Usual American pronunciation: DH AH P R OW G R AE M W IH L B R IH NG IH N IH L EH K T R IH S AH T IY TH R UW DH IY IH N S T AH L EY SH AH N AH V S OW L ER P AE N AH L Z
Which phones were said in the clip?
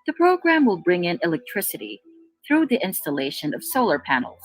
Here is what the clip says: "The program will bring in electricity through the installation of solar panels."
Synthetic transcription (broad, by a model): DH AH P R OW G R AE M W IH L B R IH NG IH N IH L EH K T R IH S AH T IY TH R UW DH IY IH N S T AH L EY SH AH N AH V S OW L ER P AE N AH L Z